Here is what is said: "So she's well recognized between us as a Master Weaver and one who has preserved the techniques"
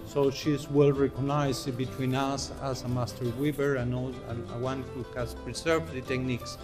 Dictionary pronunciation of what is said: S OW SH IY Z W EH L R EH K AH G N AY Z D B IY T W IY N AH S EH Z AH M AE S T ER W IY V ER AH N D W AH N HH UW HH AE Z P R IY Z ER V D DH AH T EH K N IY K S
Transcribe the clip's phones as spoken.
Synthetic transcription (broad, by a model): S OW SH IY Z W EH L R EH K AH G N AY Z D B IY T W IY N AH S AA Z AH M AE S T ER W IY B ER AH N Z W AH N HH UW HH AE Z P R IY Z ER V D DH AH T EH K N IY K S